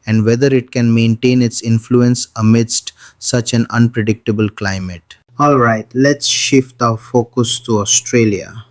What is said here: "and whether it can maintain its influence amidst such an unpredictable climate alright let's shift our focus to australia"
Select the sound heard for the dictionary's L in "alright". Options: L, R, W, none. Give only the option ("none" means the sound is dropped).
L